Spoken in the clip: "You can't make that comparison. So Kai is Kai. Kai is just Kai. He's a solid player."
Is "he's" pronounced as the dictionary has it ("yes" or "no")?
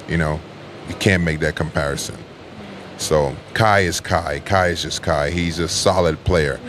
yes